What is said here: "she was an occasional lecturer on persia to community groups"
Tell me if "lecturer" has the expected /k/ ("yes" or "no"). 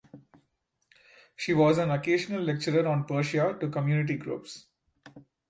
yes